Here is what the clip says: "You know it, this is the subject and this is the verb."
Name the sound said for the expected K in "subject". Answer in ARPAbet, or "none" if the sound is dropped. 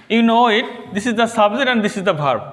none